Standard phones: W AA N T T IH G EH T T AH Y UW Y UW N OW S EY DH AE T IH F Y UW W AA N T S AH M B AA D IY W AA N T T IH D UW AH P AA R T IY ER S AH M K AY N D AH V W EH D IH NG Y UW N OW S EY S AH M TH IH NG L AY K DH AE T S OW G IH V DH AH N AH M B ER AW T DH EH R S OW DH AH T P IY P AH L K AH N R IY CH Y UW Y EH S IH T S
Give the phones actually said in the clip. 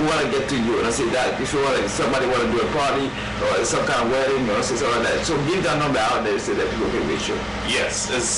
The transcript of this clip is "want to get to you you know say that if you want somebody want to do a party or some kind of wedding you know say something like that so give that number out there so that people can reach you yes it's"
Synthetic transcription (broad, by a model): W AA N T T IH G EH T T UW Y UW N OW S EY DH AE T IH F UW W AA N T S AH M B AA D IY W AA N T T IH D UW AH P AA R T IY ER S AH M K AY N AH V W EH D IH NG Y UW N OW S EY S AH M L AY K DH AE T S OW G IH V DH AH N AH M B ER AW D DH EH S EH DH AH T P IY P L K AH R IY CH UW Y EH S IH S